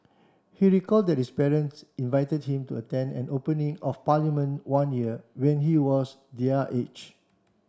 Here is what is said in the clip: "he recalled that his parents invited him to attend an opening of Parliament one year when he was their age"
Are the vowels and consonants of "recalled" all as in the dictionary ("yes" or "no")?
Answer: yes